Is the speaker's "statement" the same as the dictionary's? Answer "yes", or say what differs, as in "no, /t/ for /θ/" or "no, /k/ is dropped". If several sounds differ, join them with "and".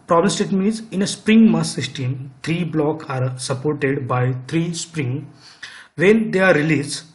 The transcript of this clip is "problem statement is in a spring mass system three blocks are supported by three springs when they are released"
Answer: no, /n/ is dropped